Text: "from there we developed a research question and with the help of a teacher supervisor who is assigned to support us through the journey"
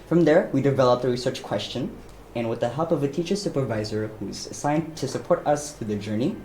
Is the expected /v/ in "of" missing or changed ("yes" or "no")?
no